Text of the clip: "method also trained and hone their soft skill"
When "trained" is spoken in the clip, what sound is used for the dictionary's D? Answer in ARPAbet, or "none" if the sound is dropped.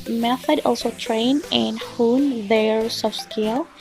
none